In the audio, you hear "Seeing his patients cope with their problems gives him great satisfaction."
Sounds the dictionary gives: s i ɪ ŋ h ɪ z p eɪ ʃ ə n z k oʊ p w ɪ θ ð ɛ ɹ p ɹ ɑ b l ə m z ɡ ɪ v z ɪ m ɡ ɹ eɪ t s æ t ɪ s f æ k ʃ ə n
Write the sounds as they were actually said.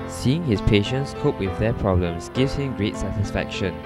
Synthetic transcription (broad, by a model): s i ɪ ŋ h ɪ s p eɪ ʃ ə n s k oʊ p w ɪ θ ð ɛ p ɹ ɑ b l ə m s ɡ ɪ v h ɪ m ɡ ɹ eɪ t s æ t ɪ s f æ k ʃ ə n